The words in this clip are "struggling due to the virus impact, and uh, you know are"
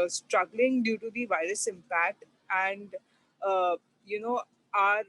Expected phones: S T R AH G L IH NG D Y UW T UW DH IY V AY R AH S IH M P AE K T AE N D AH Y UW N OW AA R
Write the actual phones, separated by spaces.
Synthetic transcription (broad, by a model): S T R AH G L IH NG D Y UW T UW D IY V AY R AH S IH M P AE K T AE N D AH Y UW N OW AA R